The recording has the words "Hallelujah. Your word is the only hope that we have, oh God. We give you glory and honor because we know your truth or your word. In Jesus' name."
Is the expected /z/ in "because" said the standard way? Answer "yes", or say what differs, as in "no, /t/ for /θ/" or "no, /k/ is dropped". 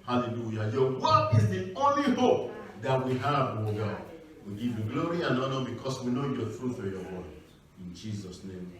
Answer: no, /s/ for /z/